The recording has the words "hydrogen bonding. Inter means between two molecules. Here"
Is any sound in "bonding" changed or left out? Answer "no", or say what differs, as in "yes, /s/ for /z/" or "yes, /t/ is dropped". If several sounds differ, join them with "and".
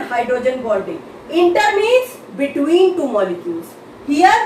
yes, /l/ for /n/